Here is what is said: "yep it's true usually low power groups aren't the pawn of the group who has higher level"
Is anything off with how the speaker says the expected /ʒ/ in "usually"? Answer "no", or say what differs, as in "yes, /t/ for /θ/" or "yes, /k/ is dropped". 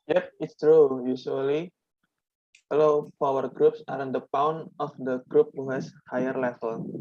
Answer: yes, /s/ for /ʒ/